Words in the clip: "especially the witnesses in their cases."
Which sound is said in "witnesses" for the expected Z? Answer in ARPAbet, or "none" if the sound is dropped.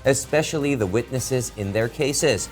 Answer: Z